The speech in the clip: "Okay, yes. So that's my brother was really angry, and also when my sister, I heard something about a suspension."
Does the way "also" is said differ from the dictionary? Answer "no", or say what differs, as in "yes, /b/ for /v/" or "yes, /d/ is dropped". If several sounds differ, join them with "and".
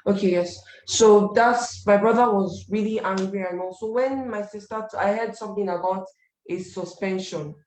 yes, /l/ is dropped